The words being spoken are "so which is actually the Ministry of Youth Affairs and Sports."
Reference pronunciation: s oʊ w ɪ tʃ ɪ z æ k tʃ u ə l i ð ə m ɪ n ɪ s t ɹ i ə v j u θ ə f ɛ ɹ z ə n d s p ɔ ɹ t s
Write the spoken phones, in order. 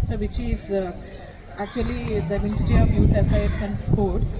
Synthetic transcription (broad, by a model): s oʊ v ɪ tʃ ɪ z æ k tʃ u ə l i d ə m ɪ n ɪ s t ɹ i ə v j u t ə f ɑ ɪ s ə n d s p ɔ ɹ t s